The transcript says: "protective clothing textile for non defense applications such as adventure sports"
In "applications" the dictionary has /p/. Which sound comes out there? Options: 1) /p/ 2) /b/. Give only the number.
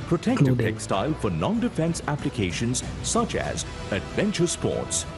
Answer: 1